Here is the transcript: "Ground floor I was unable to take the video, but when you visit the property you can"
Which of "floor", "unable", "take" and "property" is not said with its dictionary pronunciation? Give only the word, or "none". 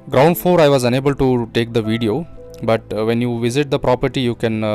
floor